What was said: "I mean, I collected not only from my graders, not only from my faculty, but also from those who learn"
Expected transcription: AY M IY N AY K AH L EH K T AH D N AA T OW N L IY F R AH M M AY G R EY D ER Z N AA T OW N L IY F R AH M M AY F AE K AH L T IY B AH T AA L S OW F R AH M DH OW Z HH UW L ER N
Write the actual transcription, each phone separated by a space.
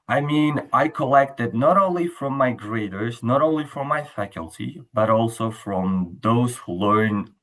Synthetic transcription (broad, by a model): AY M IY N AY K AH L EH K T AH D N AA T OW N L IY F R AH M M AY G R EY D ER Z N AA T OW N L IY F R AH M M AY F AE K AH L T IY B AH T AA L S OW F R AH M DH OW Z HH UW L ER N